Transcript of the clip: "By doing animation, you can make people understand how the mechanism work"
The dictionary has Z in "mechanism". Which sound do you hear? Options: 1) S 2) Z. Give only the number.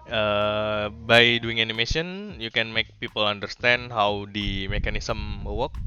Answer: 1